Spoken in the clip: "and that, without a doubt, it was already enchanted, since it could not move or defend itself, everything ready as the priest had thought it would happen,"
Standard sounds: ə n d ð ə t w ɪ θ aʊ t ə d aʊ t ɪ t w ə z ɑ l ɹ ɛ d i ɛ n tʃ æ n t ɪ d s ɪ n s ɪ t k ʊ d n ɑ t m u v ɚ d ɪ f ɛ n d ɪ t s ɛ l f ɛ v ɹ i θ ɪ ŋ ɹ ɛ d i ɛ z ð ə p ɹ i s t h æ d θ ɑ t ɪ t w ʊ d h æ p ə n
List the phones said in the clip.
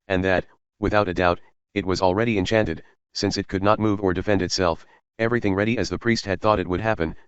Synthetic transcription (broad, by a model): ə n ð ə t w ɪ θ aʊ t ə d aʊ t ɪ t w ə z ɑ l ɹ ɛ d i ɛ n tʃ æ n t ɪ d s ɪ n s ɪ t k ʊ d n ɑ t m u v ɚ d ɪ f ɛ n d ɪ t s ɛ l f ɛ v ɹ i θ ɪ ŋ ɹ ɛ d i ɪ z ð ə p ɹ i s t h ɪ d θ ɑ t ɪ t w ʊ d h æ p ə n